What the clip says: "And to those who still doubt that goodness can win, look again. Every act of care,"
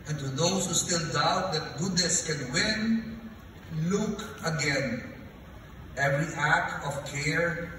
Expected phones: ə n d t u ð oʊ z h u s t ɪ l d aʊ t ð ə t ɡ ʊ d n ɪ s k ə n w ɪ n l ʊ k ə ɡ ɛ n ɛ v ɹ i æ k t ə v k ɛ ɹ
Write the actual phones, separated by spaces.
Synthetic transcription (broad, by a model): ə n t u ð oʊ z h u s t ɪ l d aʊ t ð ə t ɡ ʊ d n ɪ s k ə n w ɪ n l ʊ k ə ɡ ɛ n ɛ v ɹ i æ k t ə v k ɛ ɹ